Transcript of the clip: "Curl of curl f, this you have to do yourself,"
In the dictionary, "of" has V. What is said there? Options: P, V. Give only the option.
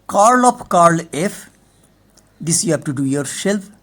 P